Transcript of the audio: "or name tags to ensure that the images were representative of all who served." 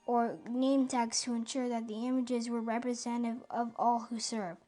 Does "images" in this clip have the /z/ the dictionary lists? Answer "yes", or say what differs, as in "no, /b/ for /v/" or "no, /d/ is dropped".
yes